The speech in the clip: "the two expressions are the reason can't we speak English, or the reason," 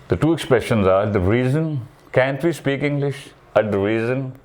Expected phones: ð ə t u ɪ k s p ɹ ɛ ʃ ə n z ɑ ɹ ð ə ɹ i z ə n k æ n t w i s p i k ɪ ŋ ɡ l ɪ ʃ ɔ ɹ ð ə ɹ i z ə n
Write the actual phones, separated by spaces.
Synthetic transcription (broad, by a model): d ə t u ɪ k s p ɹ ɛ ʃ ə n z ɑ ɹ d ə ɹ i z ə n k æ n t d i s p i k ɪ ŋ ɡ l ɪ ʃ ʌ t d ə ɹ i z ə n